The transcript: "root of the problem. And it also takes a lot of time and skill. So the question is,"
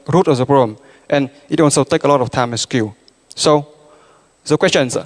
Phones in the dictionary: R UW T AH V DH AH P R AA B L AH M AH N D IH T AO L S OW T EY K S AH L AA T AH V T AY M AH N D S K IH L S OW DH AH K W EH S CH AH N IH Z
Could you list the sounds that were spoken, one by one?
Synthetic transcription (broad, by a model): R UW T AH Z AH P R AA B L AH M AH N IH T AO N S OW T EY K AH L AA T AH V T AY M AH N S K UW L S OW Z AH K W EH S CH AH N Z